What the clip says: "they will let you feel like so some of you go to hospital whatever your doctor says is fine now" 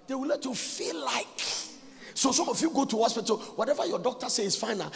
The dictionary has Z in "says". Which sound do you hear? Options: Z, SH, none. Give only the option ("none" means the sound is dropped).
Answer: none